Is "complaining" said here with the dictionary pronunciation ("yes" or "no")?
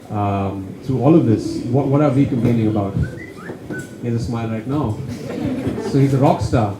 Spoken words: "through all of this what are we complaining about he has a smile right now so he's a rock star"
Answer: no